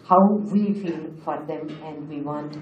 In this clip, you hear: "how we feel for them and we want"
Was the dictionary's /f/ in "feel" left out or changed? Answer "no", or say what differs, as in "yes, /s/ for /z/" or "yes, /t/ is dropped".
no